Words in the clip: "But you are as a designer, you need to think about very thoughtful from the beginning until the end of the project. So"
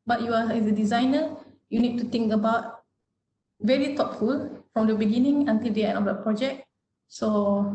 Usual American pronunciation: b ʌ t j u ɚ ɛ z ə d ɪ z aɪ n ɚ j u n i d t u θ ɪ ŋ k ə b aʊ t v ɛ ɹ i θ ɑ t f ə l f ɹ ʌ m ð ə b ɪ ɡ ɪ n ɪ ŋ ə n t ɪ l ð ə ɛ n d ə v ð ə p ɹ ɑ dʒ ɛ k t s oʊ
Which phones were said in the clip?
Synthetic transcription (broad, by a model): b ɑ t j u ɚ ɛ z ə d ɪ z aɪ n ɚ j u n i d t u t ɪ ŋ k ə b aʊ t v ɛ ɹ i t ɑ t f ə l f ɹ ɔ m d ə b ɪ ɡ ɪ n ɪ ŋ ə n t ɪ l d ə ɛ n ə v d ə p ɹ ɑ dʒ ɛ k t s oʊ